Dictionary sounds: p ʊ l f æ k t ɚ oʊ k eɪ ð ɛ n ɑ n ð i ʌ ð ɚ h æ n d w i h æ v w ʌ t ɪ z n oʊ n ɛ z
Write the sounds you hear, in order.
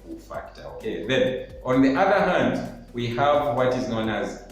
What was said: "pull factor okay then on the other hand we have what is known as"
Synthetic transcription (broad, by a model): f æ k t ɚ oʊ k eɪ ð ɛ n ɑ n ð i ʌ ð ɚ h æ n d w i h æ v w ʌ t ɪ z n oʊ n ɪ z